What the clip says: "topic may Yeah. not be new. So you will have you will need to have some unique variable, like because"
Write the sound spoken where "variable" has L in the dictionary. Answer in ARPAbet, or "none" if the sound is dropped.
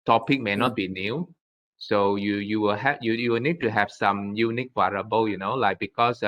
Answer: N